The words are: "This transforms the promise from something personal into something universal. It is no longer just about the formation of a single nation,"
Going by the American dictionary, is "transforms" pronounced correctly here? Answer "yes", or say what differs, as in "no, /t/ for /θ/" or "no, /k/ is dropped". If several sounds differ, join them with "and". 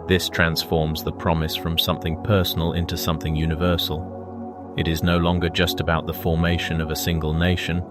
yes